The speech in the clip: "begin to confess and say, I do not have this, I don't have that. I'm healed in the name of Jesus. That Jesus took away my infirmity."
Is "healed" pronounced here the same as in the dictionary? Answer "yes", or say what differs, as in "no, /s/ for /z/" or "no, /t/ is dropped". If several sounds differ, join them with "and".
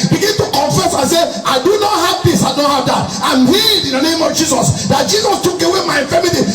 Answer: no, /l/ is dropped